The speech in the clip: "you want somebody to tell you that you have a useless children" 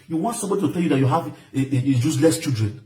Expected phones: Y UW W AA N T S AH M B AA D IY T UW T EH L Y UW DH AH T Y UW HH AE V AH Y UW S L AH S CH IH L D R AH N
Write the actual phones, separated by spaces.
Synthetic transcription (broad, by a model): Y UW W AA N T S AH M B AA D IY T UW T EH L Y UW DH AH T Y UW HH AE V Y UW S L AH S CH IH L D R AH N